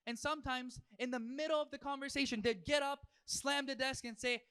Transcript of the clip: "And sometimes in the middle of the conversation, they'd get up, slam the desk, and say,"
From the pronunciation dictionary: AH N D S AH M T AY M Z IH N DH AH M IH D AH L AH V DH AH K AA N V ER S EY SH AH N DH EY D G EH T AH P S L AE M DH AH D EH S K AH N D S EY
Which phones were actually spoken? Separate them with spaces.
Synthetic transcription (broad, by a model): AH N S AH M T AY M Z IH N DH AH M IH D L AH V DH AH K AA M V ER S EY SH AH N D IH D G EH T AH P S L AE M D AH D EH S K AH N S EY